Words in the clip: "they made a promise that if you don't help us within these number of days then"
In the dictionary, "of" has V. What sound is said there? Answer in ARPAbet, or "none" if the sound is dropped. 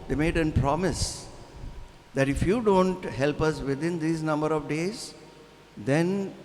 V